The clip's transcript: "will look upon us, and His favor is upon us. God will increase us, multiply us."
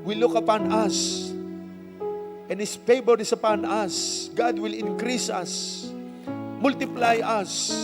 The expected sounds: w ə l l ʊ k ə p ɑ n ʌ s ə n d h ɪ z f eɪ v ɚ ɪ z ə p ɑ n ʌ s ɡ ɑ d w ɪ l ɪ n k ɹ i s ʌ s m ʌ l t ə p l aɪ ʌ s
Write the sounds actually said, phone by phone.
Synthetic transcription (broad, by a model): w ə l l ʊ k ə p ɑ n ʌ s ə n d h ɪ s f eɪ b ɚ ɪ s ə p ɑ n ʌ s ɡ ɑ d w ɪ l ɪ n k ɹ i s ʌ s m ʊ l t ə p l aɪ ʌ s